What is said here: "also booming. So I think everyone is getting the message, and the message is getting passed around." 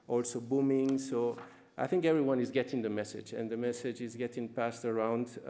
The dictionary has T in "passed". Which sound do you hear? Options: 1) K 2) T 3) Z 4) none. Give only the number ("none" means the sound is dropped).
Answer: 2